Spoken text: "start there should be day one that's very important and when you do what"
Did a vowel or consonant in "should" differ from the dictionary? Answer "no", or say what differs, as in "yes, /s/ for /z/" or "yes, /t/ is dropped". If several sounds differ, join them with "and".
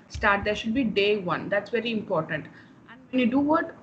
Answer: no